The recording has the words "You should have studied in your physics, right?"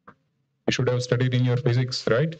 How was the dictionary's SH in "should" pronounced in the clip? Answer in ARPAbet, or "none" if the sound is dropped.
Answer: SH